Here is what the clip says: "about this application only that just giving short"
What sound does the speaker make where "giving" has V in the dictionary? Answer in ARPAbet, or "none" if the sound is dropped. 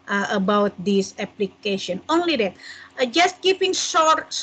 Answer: P